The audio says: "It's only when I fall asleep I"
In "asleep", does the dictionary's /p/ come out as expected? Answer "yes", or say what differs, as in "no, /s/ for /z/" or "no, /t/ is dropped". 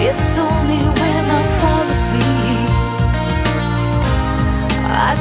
no, /p/ is dropped